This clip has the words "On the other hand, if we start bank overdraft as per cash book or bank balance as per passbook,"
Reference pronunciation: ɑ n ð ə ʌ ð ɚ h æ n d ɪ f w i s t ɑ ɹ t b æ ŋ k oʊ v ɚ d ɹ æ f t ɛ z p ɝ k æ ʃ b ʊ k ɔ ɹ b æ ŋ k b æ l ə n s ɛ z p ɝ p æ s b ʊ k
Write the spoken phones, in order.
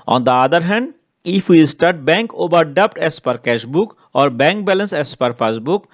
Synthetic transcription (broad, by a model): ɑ n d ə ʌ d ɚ h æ n d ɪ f w i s t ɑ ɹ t b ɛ ŋ k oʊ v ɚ d ʌ p t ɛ s p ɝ k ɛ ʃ b ʊ k ɔ ɹ b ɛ ŋ k b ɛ l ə n s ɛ s p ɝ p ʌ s b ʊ k